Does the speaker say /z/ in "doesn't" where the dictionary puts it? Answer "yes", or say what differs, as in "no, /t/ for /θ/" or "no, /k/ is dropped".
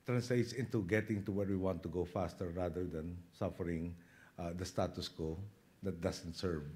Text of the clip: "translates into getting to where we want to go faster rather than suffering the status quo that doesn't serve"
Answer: no, /s/ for /z/